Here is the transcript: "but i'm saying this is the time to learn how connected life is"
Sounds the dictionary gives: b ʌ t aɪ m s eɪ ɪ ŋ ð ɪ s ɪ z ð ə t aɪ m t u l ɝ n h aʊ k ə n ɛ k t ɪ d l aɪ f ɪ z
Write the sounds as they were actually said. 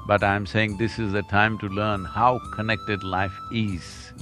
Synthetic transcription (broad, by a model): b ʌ t aɪ m s eɪ ɪ ŋ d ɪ s ɪ z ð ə t aɪ m t u l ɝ n h aʊ k ə n ɛ k t ɪ d l aɪ f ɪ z